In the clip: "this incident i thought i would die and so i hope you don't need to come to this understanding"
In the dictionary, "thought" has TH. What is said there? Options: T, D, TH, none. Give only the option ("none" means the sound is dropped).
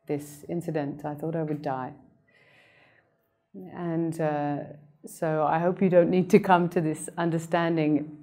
TH